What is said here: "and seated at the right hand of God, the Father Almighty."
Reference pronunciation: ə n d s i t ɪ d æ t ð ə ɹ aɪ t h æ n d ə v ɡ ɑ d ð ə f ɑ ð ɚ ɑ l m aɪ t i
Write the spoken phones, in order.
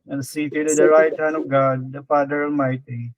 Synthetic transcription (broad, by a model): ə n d s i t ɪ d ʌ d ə ɹ aɪ t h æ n ə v ɡ ɑ d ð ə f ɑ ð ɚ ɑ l m aɪ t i